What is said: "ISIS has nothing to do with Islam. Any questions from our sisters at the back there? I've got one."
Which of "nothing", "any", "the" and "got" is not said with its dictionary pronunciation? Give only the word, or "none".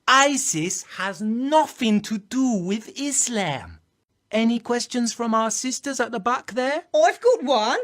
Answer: none